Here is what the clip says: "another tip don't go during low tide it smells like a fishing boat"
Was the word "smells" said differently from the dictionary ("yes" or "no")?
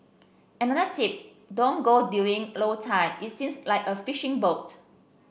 yes